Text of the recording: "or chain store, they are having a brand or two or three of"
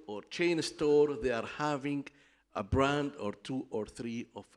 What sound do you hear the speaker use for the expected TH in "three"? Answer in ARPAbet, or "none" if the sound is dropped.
TH